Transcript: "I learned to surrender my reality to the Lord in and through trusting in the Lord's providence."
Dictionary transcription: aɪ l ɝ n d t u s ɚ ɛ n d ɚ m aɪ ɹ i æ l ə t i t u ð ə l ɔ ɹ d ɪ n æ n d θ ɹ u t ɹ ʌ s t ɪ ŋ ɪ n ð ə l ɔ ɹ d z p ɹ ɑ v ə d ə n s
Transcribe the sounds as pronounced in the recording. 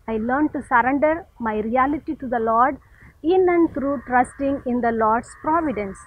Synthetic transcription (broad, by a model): aɪ l ɝ n d t u s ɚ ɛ n d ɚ m aɪ ɹ i æ l ə t i t u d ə l ɔ ɹ d ɪ n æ n d t ɹ u t ɹ ʌ s t ɪ ŋ ɪ n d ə l ɔ ɹ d s p ɹ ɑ v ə d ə n s